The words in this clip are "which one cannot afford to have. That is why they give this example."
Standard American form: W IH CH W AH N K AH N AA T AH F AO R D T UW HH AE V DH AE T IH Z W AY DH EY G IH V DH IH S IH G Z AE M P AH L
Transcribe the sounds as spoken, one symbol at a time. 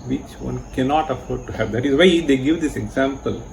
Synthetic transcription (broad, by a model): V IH CH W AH N K AH N AA T AH F AO R D T UW HH AE V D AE T IH Z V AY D EY G IH V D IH S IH G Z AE M P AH L